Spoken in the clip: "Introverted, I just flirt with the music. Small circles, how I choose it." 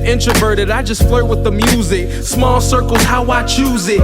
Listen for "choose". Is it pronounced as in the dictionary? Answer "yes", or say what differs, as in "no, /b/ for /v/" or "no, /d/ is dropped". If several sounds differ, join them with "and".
yes